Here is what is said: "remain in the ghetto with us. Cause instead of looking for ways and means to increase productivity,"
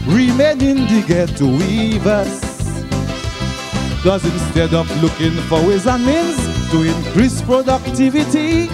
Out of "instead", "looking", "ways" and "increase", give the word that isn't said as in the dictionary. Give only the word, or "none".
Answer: none